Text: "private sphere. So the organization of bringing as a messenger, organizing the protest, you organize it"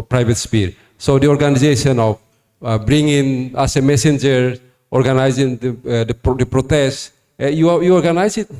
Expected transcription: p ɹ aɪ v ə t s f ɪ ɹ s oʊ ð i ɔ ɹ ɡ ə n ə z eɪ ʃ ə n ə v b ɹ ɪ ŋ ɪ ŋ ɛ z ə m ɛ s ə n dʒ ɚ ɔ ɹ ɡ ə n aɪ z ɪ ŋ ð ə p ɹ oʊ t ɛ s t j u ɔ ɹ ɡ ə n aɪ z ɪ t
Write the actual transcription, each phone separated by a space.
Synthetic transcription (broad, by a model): p ɹ aɪ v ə t s p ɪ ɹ s oʊ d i ɔ ɹ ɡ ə n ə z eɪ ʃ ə n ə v b ɹ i ŋ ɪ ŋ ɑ s ə m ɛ s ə n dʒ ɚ ɔ ɹ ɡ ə n aɪ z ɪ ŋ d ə p ɹ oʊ t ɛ s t j u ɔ ɹ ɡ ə n aɪ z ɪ t